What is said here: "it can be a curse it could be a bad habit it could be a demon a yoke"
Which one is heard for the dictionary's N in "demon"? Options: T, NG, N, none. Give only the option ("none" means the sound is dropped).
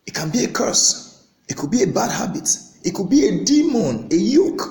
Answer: N